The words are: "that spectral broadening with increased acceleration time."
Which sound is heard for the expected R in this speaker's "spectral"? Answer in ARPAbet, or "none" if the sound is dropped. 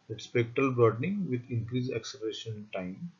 R